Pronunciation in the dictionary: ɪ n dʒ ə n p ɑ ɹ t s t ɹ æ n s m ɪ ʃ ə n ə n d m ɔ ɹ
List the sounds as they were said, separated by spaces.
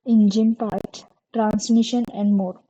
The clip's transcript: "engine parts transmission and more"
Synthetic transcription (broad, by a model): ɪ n dʒ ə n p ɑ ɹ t t ɹ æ n s m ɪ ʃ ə n ə n d m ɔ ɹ